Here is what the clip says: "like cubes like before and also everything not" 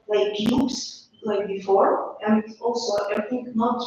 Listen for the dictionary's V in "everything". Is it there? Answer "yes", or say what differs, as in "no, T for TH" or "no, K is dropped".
no, V is dropped